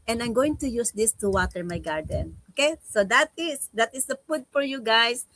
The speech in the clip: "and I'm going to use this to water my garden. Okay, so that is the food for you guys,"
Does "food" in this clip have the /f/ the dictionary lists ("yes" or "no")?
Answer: no